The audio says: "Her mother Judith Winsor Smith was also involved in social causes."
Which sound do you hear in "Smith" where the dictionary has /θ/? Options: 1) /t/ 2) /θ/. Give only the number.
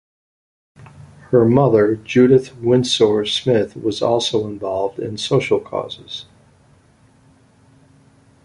2